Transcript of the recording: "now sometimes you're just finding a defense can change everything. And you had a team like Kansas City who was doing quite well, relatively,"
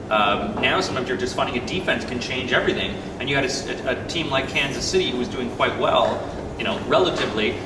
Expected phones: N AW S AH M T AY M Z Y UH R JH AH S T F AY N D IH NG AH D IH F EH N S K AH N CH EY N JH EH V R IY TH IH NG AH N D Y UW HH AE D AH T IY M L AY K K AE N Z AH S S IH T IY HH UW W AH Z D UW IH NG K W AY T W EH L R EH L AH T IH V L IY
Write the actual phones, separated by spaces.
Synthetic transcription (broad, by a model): N AW S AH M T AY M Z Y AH R JH AH S T F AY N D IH NG AH D IH F EH N S K AH N CH EY N JH EH V R IY TH IH NG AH N Y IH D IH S AH T IY M L AY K K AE N Z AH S S IH T IY HH UW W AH Z D UW IH NG K W AY T W EH L R EH L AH T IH V L IY